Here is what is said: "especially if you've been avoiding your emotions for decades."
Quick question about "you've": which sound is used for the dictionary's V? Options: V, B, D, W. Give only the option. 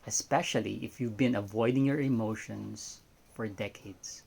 V